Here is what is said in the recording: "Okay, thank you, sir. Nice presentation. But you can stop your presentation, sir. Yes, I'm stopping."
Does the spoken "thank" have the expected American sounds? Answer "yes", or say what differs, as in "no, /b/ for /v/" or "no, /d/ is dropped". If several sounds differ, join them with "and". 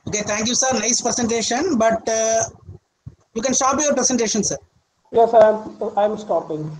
no, /t/ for /θ/